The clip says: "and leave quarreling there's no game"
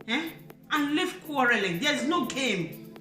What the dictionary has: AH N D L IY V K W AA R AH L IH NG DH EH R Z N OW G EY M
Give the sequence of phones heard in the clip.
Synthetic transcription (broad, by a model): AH N L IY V K W AA R AH L IH NG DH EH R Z N OW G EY M